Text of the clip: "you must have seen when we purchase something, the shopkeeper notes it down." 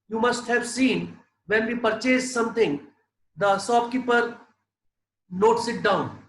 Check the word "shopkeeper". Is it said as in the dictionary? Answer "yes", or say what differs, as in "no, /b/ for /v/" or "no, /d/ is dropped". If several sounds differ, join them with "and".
no, /s/ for /ʃ/